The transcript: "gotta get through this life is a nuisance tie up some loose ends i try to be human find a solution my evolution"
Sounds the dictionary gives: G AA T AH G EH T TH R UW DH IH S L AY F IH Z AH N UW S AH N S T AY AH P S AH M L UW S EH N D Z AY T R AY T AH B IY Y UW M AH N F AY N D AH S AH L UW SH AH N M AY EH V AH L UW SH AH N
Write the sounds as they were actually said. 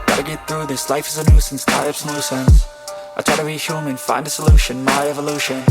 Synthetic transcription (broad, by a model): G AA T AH G EH T TH R UW DH IH S L AY F IH Z AH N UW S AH N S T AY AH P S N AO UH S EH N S AY T R AY T AH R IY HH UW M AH N F AY N D AH S AH L UW SH AH N M AY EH V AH L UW SH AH N